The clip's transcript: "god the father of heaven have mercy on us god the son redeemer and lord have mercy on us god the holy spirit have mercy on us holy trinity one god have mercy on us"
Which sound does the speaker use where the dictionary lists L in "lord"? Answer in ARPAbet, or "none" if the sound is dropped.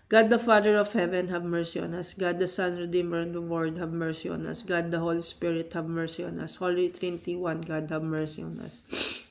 W